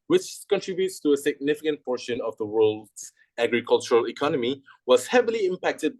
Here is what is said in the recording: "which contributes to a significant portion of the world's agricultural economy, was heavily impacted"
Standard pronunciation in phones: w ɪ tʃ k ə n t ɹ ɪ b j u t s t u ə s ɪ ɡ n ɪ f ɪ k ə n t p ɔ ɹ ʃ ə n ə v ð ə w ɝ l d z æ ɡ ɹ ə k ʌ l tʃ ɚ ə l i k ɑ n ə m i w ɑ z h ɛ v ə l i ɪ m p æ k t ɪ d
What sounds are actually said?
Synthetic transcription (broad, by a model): w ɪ tʃ k ə n t ɹ ɪ b j u t s t u ə s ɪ ɡ n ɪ f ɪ k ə n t p ɔ ɹ ʃ ə n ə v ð ə w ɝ l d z æ ɡ ɹ ə k ʌ l tʃ ɚ ə l i k ɑ n ə m i w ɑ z h ɛ v ə l i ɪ m p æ k t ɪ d